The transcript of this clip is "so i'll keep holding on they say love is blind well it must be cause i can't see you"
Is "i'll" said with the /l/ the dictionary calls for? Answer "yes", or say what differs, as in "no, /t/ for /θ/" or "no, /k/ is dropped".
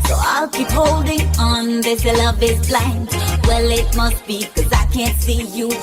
yes